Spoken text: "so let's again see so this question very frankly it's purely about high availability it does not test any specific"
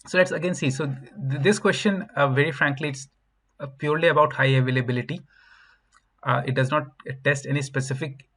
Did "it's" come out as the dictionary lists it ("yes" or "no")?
yes